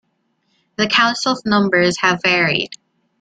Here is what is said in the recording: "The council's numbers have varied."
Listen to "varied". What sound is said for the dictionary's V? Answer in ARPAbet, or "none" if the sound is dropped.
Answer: V